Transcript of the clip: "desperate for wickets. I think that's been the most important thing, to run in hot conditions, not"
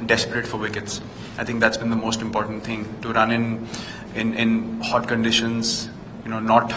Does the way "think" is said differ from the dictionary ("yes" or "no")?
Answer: yes